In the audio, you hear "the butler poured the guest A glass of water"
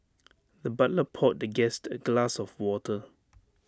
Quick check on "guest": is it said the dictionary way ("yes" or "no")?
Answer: yes